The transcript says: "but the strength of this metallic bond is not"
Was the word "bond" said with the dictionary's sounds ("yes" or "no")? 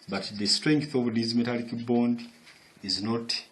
yes